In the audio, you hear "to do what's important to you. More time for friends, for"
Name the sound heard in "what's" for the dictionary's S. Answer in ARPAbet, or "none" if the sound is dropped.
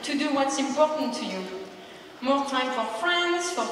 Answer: S